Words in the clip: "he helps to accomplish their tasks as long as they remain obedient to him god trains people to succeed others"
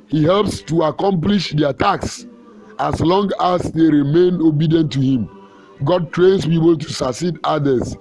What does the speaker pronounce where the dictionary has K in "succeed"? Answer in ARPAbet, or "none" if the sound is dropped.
none